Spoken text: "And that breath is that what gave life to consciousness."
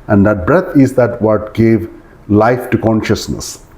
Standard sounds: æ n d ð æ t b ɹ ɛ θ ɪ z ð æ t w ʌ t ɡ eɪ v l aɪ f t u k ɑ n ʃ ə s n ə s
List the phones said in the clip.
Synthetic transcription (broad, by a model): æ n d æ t b ɹ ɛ t ɪ z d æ t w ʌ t ɡ eɪ v l aɪ f t u k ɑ n ʃ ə s n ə s